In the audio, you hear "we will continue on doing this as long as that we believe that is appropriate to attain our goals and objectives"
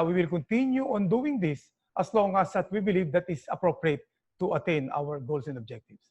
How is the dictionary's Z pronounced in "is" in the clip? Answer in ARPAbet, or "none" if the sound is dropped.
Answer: S